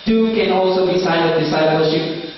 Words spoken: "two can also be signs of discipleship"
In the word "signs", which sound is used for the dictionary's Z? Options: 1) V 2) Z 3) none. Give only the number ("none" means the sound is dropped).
3